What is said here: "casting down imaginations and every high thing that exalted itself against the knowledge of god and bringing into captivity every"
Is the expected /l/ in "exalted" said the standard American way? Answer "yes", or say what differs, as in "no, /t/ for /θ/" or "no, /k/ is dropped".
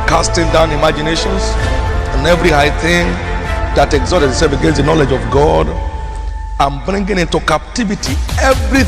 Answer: no, /l/ is dropped